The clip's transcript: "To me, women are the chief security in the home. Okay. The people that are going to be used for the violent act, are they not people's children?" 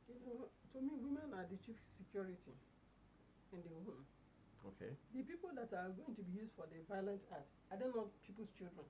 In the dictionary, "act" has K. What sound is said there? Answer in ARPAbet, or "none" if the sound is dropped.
none